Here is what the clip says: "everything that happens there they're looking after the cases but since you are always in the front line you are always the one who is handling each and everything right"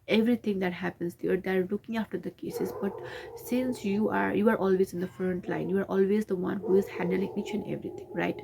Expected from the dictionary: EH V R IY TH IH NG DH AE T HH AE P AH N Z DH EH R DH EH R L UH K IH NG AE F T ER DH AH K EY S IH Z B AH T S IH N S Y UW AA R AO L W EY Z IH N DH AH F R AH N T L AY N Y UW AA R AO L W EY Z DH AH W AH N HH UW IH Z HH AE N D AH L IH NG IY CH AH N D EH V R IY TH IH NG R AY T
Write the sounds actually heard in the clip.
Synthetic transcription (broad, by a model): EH V R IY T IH NG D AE T HH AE P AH N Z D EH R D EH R L UH K IH NG AE F T ER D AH K EY S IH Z B AH T S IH N S Y UW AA R AO L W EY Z IH N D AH F R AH N T L AY N Y UW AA R AO L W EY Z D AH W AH N HH UW IH Z HH AE N D AH L IH NG IY CH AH N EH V R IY T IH NG R AY T